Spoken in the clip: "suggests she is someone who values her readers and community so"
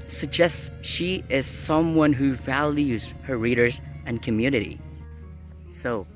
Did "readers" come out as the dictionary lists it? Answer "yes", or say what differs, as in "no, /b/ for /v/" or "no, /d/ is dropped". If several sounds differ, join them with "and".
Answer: yes